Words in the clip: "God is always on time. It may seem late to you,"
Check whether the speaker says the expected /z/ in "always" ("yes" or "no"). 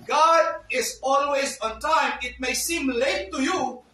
yes